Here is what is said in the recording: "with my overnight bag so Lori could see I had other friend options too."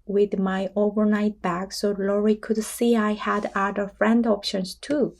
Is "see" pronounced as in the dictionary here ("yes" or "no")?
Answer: yes